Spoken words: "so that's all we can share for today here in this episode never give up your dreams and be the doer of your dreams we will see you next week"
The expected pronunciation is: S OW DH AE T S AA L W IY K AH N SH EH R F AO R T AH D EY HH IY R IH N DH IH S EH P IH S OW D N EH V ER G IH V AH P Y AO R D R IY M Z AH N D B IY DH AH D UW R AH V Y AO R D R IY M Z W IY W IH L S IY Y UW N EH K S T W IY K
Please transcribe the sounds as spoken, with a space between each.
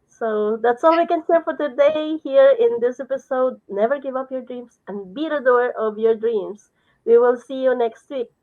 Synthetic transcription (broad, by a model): S OW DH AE T S AA L W IY K AH N S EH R F AO R T AH D EY HH IY R IH N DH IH S EH P IH S OW D N EH V ER G IH V AH P Y AO R D R IY M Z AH N B IY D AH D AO R AH V Y AO R D R IY M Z W IY W IH L S IY Y UW N EH K S T W IY K